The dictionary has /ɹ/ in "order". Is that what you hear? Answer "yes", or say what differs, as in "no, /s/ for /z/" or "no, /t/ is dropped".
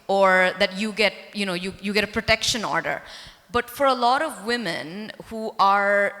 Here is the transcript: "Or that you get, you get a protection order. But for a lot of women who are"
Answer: yes